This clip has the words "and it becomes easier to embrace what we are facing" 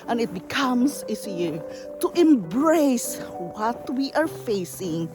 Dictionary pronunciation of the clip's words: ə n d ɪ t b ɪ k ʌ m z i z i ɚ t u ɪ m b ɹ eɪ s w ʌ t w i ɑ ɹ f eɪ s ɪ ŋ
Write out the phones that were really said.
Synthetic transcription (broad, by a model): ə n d ɪ t b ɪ k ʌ m s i s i t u ɪ m b ɹ eɪ s w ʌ t w i ɑ ɹ f eɪ s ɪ ŋ